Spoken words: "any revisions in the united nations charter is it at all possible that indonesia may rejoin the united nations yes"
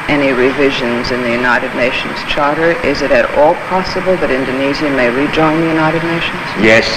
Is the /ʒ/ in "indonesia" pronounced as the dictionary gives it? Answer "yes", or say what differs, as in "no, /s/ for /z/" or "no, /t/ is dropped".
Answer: no, /z/ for /ʒ/